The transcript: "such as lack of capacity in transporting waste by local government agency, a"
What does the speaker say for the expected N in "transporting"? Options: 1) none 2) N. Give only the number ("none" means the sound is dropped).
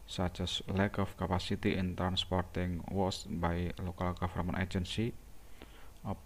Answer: 2